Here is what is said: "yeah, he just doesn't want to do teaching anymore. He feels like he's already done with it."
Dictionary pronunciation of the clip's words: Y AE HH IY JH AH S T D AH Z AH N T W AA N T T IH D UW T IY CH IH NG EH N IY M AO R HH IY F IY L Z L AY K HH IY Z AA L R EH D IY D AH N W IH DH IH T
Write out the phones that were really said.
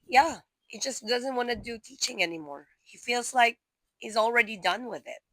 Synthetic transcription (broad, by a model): Y AE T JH AH S D AH Z AH N T W AA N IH D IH T IY CH IH NG EH N IY M AO R HH IY F IY L Z L AY K HH IY Z L R EH D IY D AH N W IH DH IH T